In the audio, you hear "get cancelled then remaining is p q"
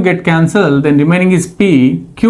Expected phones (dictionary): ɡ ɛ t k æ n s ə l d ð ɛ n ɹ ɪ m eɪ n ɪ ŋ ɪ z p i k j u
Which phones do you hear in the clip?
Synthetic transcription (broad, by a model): ɡ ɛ t k æ n s ə l d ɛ n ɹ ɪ m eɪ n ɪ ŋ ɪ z p i k j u